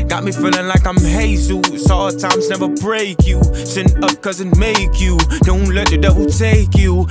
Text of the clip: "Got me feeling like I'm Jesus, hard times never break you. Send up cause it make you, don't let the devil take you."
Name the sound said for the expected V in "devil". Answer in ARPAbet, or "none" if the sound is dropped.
W